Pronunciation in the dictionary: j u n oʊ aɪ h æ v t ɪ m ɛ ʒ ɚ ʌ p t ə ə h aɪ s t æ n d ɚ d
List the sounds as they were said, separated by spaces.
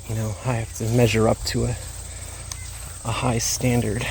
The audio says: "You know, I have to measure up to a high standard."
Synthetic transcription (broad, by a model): j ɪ n oʊ aɪ h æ f t ɪ m ɛ ʒ ɚ ʌ p t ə ə h aɪ s t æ n d ɚ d